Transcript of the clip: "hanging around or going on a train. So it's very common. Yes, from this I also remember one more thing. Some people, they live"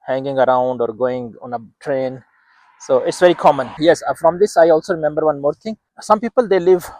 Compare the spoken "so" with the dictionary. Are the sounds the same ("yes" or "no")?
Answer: yes